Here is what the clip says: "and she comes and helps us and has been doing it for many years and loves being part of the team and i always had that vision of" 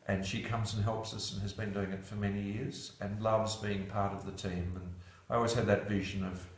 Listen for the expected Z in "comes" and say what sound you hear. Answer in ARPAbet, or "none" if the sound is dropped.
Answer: Z